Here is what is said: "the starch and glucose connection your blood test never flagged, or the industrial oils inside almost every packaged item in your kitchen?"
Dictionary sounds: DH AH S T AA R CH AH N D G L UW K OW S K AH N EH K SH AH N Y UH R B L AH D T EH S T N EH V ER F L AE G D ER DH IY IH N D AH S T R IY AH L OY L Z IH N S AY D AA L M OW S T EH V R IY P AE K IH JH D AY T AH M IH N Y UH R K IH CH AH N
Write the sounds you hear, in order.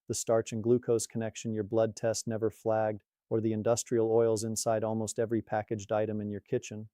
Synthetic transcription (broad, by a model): DH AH S T AA R CH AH N G L UW K OW S K AH N EH K SH AH N Y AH R B L AH D T EH S T N EH V ER F L AE G D ER DH IY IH N D AH S T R IY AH L OY L Z IH N S AY D AA L M OW S T EH V R IY P AE K IH JH D AY T AH M IH N Y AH R K IH CH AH N